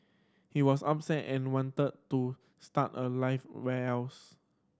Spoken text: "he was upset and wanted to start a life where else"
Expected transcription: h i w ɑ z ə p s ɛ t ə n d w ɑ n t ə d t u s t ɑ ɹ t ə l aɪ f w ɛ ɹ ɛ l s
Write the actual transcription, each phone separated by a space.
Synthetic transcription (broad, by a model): h i w ɑ s ə p s ɛ t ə n w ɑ n t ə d t u s t ɑ t ə l aɪ f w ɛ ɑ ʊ s